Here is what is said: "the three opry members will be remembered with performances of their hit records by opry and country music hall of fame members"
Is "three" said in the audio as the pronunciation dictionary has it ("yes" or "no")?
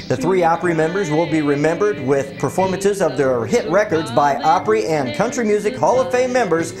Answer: yes